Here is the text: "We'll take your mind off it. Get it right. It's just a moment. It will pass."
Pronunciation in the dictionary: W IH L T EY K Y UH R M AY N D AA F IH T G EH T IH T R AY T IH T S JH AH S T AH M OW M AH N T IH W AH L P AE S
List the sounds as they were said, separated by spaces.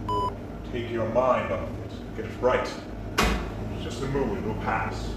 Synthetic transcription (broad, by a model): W T EY K Y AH R M AY N D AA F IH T G EH T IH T R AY IH T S JH AH S T AH M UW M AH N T W AH L P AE S